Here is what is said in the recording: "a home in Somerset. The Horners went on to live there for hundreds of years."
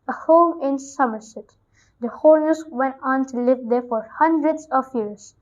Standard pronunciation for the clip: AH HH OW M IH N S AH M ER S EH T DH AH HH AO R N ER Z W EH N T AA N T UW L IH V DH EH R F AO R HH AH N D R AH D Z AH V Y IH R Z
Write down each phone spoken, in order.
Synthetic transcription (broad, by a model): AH HH OW M IH N S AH M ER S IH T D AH HH AO L N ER S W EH N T AA N T UW L IH V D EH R F AO R HH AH N D R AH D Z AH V Y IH R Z